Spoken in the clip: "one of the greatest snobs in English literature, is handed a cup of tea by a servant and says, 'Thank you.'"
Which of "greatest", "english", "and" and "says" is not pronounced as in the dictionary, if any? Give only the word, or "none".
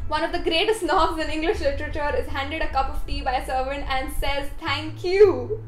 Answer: none